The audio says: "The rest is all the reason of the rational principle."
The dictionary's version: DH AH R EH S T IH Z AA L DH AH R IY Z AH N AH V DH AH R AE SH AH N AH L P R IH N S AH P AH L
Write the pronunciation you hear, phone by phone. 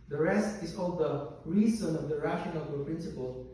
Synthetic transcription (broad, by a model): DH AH R EH S T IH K AA L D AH R IY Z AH N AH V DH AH R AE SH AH N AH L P R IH N S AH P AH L